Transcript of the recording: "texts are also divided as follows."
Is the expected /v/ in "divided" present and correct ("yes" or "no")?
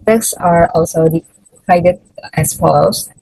no